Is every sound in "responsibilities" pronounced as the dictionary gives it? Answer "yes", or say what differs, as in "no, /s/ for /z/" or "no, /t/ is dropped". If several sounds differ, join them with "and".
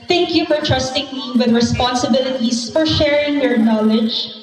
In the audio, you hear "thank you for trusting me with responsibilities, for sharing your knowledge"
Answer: no, /s/ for /z/